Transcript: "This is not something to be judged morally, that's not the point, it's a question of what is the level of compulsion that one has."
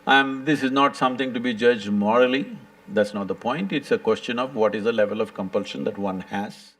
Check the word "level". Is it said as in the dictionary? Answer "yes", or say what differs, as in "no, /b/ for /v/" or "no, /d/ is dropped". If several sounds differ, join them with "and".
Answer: yes